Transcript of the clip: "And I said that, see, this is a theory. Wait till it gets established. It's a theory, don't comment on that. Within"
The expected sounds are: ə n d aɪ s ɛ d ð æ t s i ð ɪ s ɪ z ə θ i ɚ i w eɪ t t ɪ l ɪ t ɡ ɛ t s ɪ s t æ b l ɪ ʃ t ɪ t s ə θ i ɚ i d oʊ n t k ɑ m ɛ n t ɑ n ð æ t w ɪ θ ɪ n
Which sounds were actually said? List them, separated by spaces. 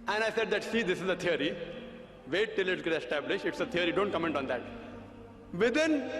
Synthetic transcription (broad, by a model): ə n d aɪ s ɛ d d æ t s i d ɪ s ɪ z ə t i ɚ i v eɪ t t ɪ l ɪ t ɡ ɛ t ɪ s t æ b l ɪ ʃ t ɪ t s ə t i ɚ i d oʊ n t k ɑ m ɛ n t ɑ n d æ t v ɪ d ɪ n